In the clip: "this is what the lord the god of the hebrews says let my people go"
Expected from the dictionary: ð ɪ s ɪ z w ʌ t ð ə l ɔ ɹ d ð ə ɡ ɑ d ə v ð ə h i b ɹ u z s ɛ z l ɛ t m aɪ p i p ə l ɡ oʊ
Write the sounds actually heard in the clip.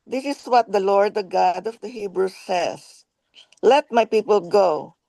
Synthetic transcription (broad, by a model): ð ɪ s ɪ s w ʌ t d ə l ɔ ɹ d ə ɡ ɑ d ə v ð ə h i b ɹ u s ɛ s l ɛ t m aɪ p i p ə l ɡ oʊ